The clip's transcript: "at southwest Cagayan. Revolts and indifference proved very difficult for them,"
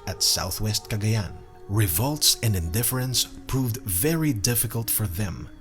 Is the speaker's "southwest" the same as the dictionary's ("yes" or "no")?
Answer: yes